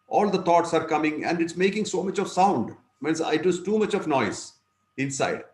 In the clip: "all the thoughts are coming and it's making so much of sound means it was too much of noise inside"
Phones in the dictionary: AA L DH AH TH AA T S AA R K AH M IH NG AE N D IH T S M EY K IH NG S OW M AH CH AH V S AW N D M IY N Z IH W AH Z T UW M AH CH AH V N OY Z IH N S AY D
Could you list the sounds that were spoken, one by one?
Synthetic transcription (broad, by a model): AA L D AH T AA T S AA R K AH M IH NG AE N D IH T S M EY K IH NG S OW M AH CH AH V S AW N D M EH N S IH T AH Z T UW M AH CH AH V N OY Z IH N S AY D